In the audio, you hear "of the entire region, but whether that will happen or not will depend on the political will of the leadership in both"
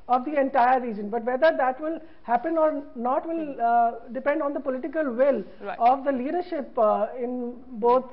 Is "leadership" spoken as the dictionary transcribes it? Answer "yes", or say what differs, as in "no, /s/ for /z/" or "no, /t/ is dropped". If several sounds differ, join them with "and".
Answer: yes